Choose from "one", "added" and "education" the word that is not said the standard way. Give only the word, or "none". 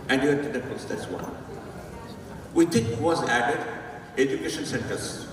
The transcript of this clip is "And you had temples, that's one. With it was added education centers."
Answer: none